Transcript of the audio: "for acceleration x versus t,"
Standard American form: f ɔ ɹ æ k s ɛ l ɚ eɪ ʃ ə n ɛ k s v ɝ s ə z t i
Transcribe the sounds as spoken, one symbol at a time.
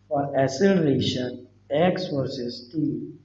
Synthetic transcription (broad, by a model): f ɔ ɹ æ s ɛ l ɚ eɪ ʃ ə n ɛ k s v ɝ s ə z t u